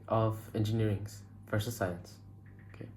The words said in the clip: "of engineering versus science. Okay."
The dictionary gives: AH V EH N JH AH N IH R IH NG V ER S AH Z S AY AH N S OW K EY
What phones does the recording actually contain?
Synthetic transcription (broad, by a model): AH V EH N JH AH N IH R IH NG F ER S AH S AY AH N S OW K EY